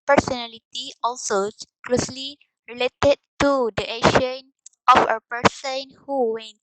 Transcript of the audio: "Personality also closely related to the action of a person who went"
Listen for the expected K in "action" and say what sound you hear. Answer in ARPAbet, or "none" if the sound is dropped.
none